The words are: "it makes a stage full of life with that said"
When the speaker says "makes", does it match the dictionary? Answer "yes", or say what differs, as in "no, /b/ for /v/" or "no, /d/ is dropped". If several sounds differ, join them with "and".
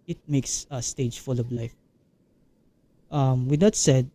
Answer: yes